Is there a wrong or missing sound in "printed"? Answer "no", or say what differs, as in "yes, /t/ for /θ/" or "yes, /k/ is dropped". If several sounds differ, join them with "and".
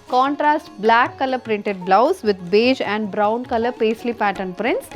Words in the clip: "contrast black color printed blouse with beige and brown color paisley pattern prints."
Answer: no